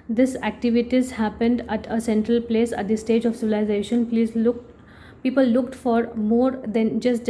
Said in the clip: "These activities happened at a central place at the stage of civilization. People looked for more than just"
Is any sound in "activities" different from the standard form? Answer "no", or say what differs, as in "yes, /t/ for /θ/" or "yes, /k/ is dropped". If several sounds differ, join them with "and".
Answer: no